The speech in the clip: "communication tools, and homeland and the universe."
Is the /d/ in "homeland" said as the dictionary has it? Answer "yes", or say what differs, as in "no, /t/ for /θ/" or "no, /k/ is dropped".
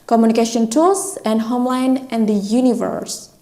no, /d/ is dropped